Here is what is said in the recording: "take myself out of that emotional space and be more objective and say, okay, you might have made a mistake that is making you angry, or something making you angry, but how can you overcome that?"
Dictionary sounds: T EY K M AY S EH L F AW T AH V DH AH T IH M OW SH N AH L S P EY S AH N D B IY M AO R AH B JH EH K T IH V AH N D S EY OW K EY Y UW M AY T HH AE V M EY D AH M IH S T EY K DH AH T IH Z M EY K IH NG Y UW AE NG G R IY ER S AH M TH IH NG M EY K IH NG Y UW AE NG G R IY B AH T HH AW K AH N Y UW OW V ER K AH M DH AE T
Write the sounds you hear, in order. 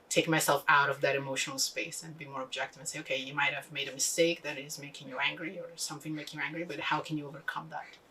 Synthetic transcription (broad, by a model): T EY K M AY S EH L F AW T AH V DH AH T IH M OW SH N L S P EY S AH N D B IY M AO R AH B JH EH K T IH V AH N S EY OW K EY Y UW M AY T HH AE V M EY D AH M IH S T EY K DH AH T IH Z M EY K IH NG Y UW AE NG G R IY ER S AH M TH IH NG M EY K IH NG Y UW AE NG G R IY B AH T HH AW K AH N Y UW OW V ER K AH M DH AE T